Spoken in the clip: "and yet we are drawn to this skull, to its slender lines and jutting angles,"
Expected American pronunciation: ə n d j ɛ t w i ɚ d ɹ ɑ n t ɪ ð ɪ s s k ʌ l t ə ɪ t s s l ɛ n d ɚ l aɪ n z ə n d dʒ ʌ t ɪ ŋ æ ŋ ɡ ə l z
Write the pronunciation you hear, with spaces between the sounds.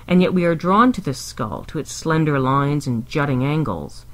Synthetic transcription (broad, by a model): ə n j ɛ t w i ɚ d ɹ ɑ n t ɪ ð ɪ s s k ʌ l t ə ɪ t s s l ɛ n d ɚ l aɪ n z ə n dʒ ʌ t ɪ ŋ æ ŋ ɡ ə l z